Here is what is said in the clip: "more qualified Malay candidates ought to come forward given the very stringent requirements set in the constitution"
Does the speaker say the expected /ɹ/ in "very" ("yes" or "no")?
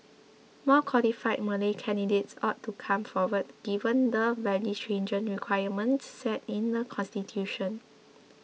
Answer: no